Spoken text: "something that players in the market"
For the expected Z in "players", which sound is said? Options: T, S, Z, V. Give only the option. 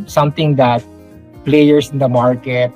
S